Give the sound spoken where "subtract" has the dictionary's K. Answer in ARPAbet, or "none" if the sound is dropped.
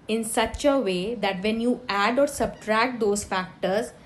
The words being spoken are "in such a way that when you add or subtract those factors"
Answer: K